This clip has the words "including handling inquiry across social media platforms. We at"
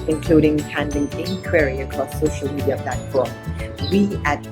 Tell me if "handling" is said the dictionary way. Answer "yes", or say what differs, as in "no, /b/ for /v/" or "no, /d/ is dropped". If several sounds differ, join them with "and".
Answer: no, /l/ is dropped